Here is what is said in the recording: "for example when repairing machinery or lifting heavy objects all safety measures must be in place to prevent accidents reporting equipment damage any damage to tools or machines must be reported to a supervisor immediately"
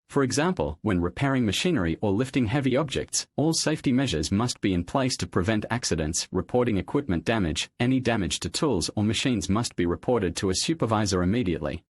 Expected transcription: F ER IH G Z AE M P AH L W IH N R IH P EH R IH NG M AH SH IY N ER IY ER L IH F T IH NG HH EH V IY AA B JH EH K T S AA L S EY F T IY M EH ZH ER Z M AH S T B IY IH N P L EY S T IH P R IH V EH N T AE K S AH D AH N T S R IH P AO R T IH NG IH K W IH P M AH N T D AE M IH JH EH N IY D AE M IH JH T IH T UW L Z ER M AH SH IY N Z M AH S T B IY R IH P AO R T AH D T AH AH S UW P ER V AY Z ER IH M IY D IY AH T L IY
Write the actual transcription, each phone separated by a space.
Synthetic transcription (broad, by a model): F ER IH G Z AE M P AH L W IH N R IH P EH R IH NG M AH SH IY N ER IY ER L IH F T IH NG HH EH V IY AA B JH EH K T S AA L S EY F T IY M EH ZH ER Z M AH S T B IY IH N P L EY S T IH P R IH V EH N T AE K S AH D AH N T S R IH P AO R T IH NG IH K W IH P M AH N D AE M IH JH EH N IY D AE M IH JH T IH T UW L Z ER M AH SH IY N Z M AH S T B IY R IH P AO R T AH D T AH AH S UW P ER V AY Z ER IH M IY D IY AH T L IY